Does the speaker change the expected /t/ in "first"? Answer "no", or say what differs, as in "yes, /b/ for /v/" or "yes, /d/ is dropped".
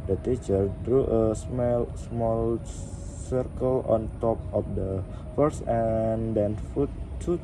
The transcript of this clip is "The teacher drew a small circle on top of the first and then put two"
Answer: yes, /t/ is dropped